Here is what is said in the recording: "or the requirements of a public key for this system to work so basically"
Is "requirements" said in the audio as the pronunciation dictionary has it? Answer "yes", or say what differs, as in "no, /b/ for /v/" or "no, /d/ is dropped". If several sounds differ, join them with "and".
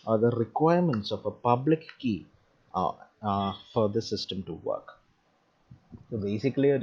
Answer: yes